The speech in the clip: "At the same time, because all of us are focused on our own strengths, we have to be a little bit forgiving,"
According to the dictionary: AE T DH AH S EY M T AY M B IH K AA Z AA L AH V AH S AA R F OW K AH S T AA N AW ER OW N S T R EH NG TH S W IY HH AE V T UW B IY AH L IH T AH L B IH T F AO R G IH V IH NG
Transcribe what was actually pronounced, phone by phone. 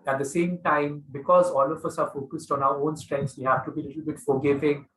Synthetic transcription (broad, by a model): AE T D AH S EY M T AY M B IH K AA Z AA L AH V AH S AA R F OW K AH S T AA N AW ER OW N S T R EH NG S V IY HH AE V T UW B IY L IH T AH L B IH T F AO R G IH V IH NG